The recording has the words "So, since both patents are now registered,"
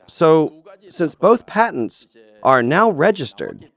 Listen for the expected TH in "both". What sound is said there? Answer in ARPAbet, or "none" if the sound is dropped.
TH